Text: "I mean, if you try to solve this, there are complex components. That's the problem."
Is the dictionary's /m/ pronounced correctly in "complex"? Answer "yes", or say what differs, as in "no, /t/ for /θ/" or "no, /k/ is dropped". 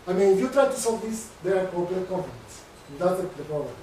no, /m/ is dropped